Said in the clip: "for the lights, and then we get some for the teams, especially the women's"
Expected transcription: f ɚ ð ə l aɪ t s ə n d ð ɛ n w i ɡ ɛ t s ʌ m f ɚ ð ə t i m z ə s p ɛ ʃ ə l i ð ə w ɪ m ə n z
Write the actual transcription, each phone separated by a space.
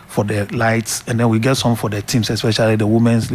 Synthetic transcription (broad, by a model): f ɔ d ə l aɪ t s ə n d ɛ n w i ɡ ɛ t s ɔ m f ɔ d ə t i m s ə s p ɛ ʃ ə l i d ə w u m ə n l